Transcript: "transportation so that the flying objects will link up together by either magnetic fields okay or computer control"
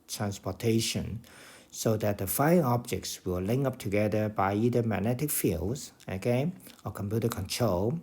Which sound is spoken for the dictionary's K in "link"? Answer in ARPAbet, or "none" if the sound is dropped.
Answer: none